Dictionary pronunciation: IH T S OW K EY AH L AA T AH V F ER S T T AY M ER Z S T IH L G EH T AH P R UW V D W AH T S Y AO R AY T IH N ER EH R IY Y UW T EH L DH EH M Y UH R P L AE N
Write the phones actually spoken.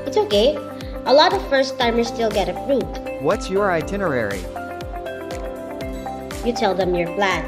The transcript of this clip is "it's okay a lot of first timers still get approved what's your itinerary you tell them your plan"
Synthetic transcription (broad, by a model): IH T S OW K EY AH L AA T AH V F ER S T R M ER S T IH L G EH T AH F R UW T W AH T S Y AO R AY T IH N ER EH R IY Y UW T EH L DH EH M Y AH R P L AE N